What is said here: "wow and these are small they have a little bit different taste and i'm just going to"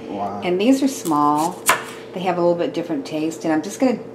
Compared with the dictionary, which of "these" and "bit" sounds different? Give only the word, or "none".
none